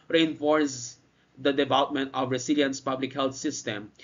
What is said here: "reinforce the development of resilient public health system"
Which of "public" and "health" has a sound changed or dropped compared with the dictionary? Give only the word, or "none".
health